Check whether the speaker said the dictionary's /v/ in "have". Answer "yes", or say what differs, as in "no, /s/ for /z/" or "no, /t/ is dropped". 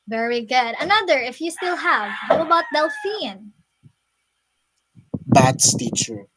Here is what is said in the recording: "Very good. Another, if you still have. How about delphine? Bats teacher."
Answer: yes